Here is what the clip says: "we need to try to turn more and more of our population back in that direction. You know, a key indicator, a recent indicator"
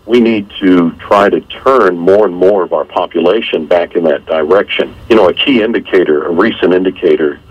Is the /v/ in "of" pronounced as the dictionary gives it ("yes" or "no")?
yes